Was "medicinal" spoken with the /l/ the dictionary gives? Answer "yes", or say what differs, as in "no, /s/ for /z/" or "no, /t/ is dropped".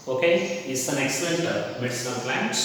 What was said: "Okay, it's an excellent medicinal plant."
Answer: no, /n/ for /l/